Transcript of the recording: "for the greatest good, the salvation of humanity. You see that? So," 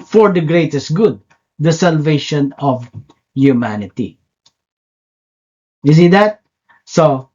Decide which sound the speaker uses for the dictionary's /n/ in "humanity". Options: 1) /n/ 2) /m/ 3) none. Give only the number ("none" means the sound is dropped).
1